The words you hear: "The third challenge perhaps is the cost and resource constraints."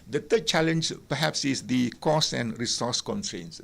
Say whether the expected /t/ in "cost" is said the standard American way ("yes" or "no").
no